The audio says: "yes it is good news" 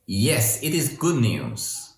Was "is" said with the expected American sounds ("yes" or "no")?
yes